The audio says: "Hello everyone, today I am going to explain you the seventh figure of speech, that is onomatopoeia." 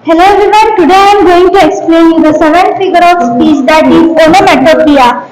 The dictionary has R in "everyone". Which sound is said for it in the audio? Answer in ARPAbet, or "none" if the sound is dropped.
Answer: none